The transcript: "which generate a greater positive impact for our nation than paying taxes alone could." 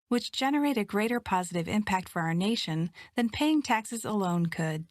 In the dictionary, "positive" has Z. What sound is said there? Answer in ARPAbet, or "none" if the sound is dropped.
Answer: Z